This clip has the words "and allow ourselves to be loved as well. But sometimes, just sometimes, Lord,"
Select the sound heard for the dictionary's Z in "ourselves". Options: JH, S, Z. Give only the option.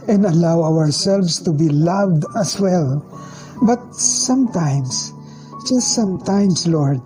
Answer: S